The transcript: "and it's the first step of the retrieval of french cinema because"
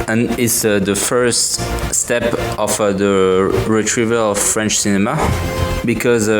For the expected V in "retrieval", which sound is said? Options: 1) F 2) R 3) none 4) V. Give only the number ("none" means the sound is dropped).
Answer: 4